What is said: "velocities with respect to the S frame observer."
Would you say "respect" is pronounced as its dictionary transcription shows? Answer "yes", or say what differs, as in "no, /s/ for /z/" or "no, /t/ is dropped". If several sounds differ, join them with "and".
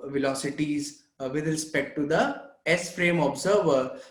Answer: yes